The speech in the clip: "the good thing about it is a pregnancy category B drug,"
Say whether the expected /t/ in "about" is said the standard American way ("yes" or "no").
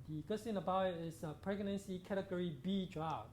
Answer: no